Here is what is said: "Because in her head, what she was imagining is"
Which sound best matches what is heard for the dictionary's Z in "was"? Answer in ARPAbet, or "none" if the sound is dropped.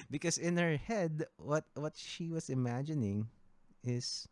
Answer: S